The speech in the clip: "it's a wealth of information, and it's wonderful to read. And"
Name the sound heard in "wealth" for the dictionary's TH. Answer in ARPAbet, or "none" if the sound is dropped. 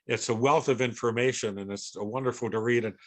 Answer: TH